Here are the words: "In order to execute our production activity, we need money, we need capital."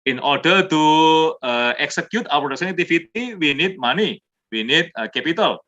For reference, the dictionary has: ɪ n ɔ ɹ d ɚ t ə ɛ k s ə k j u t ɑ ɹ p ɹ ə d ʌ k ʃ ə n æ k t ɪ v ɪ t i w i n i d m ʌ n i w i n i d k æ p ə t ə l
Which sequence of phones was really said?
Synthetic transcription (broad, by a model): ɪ n ɔ ɹ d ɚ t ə ɛ k s ə k j u t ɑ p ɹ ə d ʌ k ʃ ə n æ t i f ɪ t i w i n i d m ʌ n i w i n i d k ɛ p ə t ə l